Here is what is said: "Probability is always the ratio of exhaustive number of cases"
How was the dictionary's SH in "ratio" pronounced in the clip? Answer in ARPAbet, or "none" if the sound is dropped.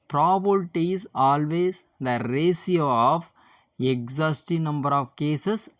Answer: S